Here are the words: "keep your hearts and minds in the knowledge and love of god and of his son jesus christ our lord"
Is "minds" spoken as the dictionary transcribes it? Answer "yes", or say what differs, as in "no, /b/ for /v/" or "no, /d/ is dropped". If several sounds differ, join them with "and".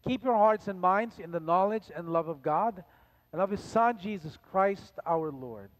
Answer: yes